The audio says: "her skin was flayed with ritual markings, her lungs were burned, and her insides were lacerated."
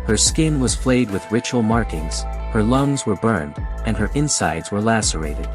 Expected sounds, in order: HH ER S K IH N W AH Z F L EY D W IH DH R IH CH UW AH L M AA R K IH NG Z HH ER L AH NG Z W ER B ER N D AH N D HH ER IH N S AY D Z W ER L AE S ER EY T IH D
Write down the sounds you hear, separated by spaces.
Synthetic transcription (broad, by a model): HH ER S K IH N W AH Z F L EY D W IH DH R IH CH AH L M AA R K IH NG Z HH ER L AH NG Z W ER B ER N D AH N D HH ER IH N S AY D Z W ER L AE S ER EY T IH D